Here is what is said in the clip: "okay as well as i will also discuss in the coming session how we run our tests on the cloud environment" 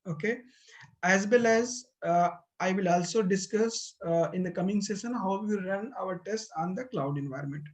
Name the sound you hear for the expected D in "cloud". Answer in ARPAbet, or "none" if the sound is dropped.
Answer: D